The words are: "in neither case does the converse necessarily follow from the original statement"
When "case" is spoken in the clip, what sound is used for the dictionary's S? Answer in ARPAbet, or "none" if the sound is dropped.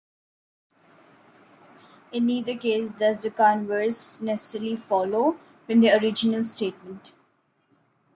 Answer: S